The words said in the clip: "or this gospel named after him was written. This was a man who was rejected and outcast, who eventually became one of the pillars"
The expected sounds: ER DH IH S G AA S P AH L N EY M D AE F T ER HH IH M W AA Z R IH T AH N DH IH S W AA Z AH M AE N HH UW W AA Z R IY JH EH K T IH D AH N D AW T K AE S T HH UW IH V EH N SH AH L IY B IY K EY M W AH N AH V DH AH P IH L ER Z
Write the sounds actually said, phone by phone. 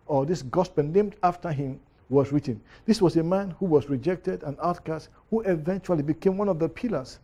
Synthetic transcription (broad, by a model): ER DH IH S G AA S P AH N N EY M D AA F T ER HH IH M W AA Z R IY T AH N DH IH S W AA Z AH M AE N HH UW W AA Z R IY JH EH K T IH D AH N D AW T K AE S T HH UW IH V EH N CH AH L IY B IY K EY M W AH N AH V DH AH P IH L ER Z